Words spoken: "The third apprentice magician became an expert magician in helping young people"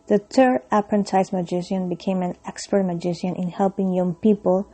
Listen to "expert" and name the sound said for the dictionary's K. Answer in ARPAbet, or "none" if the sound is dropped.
K